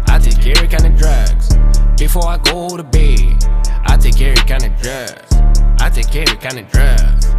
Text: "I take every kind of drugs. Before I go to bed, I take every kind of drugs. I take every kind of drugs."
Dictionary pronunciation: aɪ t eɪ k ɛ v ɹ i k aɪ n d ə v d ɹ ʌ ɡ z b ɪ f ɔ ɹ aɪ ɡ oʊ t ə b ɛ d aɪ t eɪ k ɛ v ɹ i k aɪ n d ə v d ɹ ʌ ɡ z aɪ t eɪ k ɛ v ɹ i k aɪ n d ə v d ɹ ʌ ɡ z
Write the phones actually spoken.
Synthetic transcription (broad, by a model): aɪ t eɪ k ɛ ɹ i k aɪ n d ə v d ɹ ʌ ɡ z b ɪ f ɔ ɹ aɪ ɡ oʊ t ə b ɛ aɪ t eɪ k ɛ ɹ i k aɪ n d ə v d ɹ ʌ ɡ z aɪ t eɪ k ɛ ɹ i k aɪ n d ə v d ɹ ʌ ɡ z